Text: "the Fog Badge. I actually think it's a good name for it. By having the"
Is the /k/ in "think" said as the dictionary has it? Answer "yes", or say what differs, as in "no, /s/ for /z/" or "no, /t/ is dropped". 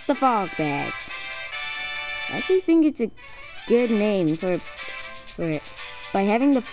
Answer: yes